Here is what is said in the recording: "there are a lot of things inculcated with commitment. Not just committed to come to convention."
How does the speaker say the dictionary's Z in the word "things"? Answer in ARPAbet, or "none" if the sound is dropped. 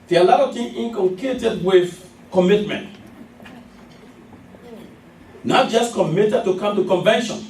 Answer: none